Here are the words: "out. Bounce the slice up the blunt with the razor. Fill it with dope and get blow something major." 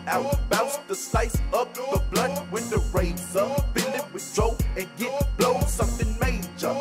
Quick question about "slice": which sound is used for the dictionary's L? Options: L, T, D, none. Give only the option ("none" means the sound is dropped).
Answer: none